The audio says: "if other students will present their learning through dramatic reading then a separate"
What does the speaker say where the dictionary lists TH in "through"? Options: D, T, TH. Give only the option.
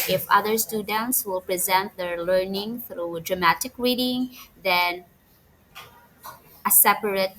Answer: TH